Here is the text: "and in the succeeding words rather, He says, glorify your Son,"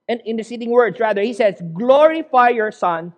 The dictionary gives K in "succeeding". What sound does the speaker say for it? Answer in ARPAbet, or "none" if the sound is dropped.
none